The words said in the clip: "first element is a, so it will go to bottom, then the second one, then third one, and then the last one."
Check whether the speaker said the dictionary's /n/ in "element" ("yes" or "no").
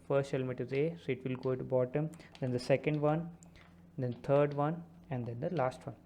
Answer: no